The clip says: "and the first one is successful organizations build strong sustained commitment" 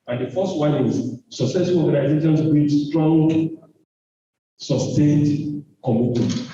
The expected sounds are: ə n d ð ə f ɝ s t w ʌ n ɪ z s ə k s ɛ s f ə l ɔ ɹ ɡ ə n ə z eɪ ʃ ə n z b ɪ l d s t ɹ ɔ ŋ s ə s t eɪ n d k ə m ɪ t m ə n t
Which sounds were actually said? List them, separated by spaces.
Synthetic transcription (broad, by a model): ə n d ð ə f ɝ s t w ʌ n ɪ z s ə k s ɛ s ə n ɔ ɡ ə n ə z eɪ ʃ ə n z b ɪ d s t ɹ ɔ ŋ s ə s t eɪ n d k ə m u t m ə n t